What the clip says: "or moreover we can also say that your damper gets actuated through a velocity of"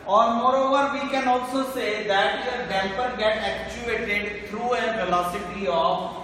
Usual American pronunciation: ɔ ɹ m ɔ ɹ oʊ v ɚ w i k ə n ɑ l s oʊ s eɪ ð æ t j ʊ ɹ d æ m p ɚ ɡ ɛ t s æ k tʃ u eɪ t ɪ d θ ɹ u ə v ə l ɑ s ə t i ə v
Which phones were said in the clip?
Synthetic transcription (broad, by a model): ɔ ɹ m ɔ ɹ oʊ v ɚ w i k ə n ɑ l s oʊ s eɪ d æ t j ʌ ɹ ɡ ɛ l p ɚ ɡ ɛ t æ k tʃ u eɪ t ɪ d t ɹ u ə v ə l ɑ s ə t i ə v